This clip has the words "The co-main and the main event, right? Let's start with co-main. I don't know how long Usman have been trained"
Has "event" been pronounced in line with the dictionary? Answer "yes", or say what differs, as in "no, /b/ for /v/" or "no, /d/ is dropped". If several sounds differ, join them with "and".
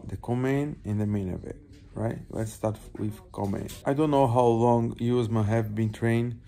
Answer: no, /n/ is dropped